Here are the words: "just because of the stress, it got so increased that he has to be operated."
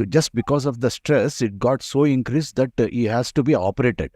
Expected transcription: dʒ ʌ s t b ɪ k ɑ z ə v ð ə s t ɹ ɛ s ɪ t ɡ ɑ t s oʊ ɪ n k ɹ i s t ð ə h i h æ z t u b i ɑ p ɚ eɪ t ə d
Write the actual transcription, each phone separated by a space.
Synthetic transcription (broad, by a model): dʒ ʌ s t b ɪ k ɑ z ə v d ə s t ɹ ɛ s ɪ t ɡ ɑ t s oʊ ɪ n k ɹ i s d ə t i h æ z t u b i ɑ p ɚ eɪ t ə d